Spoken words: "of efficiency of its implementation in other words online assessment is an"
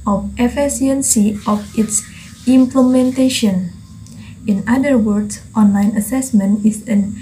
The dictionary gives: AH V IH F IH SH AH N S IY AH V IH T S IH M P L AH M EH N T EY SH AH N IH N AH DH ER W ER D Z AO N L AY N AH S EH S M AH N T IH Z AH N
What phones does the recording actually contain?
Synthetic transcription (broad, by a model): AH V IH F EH S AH N S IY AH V IH T S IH M P L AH M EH N T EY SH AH N IH N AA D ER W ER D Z AO N L AY N AH S EH S M AH N T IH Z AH N